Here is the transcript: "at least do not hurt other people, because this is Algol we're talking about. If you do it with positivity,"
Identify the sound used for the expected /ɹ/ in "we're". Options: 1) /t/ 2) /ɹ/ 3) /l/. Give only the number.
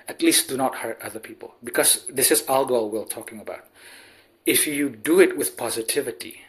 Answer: 3